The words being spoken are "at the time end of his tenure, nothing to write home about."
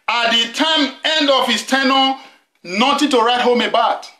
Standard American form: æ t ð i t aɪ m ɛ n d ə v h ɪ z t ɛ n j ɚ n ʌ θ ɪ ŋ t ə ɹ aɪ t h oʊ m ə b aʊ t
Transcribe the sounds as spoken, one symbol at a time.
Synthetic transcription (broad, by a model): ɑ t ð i t aɪ m ɛ n d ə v h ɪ s t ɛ n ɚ n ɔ t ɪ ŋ t ə ɹ aɪ t h oʊ m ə b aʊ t